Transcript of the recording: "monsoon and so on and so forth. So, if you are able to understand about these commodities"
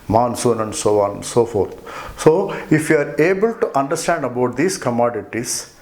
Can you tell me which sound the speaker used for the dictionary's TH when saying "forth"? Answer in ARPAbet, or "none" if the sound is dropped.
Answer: T